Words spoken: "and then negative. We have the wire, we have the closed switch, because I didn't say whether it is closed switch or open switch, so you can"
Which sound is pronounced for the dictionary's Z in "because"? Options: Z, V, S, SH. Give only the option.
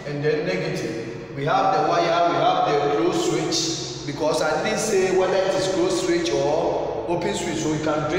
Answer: S